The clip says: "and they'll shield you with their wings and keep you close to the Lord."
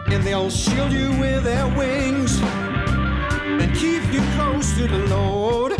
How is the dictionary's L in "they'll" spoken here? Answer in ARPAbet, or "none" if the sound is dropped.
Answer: L